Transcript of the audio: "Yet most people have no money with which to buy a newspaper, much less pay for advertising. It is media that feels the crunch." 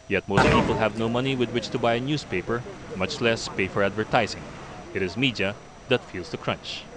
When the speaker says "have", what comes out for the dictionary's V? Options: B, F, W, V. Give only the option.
V